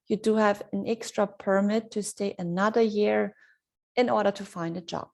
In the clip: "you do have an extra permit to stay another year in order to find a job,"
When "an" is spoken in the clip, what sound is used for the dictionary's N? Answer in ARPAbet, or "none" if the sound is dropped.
N